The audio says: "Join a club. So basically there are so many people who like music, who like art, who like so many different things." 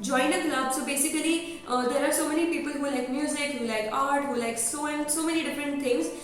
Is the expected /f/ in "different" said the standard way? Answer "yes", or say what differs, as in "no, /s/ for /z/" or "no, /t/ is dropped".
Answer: yes